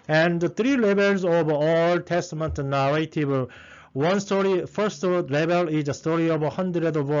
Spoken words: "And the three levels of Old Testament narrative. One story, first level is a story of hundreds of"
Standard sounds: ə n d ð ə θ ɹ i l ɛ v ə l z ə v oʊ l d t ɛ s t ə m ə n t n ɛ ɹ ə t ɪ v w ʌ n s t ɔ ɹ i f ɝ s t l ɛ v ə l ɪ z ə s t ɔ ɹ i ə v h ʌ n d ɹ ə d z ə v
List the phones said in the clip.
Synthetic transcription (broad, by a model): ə n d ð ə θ ɹ i l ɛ b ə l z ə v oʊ l t ɛ s t ə m ə n t n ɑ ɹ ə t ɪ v w ʌ n s t ɔ ɹ i f ɝ s t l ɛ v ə l ɪ z ə s t ɔ ɹ i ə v h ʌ n d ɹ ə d ə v